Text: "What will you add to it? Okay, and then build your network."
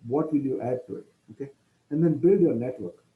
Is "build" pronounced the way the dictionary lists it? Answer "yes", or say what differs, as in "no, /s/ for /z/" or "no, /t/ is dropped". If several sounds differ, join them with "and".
yes